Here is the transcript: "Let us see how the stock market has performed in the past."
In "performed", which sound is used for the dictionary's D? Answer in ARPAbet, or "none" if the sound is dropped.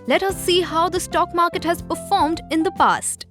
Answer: D